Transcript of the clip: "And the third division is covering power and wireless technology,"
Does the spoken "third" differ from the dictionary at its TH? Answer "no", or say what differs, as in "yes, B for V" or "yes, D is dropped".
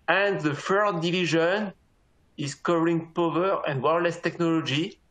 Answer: yes, F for TH